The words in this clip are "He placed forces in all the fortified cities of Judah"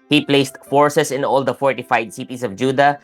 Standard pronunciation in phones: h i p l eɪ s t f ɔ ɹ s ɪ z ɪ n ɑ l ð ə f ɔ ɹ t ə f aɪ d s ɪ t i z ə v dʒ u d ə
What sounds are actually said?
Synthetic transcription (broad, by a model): h i p l eɪ s t f ɔ ɹ s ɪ s ɪ n ɑ l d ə f ɔ ɹ t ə f aɪ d s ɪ t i s ə v dʒ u d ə